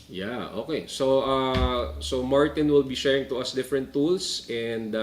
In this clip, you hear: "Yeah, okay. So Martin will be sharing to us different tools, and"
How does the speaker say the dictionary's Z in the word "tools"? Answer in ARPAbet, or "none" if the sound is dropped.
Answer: S